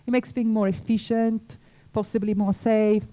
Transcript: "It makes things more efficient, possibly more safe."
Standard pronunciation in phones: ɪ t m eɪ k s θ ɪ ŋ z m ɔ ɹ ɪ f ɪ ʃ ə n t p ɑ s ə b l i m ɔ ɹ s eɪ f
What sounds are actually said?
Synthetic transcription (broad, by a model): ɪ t m eɪ k s f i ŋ m ɔ ɹ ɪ f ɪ ʃ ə n t p ɑ s ə b l i m ɔ ɹ s eɪ f